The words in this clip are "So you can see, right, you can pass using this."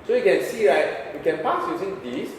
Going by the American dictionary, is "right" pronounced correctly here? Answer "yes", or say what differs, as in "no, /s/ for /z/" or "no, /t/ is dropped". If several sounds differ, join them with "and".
yes